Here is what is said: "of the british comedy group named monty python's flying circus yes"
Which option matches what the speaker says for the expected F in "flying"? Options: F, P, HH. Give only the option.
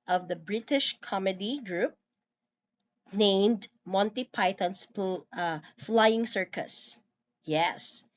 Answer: F